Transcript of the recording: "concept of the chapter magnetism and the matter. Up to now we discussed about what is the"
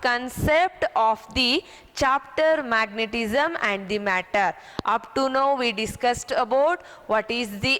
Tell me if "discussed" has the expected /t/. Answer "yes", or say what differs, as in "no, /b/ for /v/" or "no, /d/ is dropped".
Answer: yes